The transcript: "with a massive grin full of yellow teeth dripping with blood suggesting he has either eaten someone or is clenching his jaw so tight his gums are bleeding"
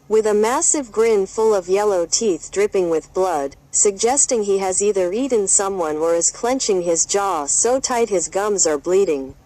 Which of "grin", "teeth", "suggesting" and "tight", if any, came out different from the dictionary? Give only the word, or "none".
none